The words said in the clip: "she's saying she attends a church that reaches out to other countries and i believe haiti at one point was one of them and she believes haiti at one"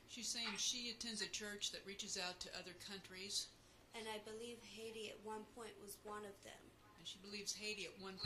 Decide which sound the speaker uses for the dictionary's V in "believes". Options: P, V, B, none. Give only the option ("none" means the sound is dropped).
V